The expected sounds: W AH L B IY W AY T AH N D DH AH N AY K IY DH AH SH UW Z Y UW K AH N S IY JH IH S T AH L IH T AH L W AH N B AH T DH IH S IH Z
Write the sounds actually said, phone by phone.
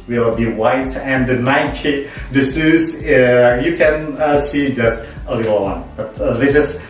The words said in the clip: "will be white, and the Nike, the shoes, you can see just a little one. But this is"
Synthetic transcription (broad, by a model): W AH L B IY W AY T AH N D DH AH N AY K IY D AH S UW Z Y UW K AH N S IY JH IH S T AH L IH T AH L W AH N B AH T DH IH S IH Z